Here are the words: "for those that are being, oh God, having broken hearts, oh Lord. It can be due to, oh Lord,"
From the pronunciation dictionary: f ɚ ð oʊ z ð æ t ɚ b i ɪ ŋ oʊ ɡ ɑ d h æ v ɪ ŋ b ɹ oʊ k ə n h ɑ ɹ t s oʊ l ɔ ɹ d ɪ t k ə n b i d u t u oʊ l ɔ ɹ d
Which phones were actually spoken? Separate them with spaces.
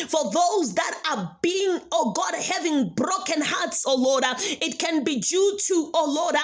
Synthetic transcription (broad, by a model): f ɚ ð oʊ z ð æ t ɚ b i ɪ ŋ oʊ ɡ ɑ d h æ v ɪ ŋ b ɹ oʊ k ə n h ɑ ɹ t s oʊ l ɔ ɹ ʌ ɪ t k ə n b i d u t u oʊ l ɔ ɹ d